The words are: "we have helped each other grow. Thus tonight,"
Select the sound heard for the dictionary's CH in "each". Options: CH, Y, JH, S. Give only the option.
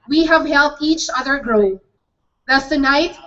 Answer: CH